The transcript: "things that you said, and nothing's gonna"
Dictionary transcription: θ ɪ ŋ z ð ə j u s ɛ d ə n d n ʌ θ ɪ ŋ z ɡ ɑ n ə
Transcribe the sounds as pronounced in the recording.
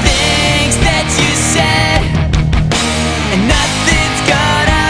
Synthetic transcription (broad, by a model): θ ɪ ŋ z ð ə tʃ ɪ s ɛ d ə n n ʌ θ ɪ ŋ z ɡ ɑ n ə